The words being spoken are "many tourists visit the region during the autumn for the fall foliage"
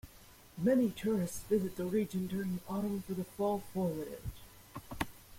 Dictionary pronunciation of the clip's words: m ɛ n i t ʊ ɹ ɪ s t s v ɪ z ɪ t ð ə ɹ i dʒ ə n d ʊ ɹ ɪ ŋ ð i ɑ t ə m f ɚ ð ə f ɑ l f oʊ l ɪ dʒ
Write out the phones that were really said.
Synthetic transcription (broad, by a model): m ɛ n i t ʊ ɹ ɪ s t s v ɪ z ɪ t ð ə ɹ i dʒ ə n d ʊ ɹ ɪ ŋ ð i ɑ t ə m f ɚ ð ə f ɑ l f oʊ w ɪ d